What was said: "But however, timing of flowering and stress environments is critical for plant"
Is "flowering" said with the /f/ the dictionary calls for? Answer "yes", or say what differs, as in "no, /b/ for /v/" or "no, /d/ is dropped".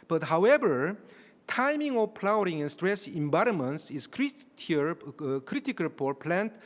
no, /p/ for /f/